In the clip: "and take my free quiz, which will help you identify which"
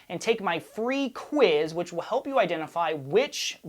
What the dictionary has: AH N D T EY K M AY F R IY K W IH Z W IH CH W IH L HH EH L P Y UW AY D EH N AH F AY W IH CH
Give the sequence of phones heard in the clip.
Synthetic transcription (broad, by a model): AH N T EY K M AY F R IY K W IH Z W IH CH W IH L HH EH L P Y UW AY D EH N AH F AY W IH CH